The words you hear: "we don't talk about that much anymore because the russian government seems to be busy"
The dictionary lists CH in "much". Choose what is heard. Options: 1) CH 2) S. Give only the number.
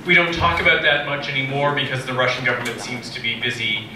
1